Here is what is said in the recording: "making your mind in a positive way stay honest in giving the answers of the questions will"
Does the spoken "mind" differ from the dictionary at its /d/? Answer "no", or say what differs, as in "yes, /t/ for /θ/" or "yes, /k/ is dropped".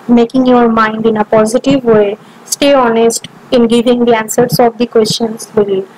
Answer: no